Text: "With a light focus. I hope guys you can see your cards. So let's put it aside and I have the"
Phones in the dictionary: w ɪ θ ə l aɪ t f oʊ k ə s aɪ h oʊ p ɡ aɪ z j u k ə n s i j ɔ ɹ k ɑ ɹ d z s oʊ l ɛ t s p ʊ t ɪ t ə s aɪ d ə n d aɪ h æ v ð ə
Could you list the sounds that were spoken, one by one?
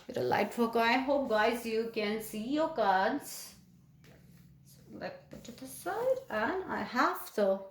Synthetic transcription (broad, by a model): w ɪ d ə l aɪ t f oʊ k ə ɪ h oʊ p ɡ aɪ z j u k ə n s i j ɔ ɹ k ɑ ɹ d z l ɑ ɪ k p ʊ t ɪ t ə s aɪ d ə n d aɪ h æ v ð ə